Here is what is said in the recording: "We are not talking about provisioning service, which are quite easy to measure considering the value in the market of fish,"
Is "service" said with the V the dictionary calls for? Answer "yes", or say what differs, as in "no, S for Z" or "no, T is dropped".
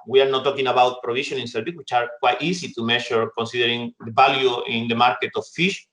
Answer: no, B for V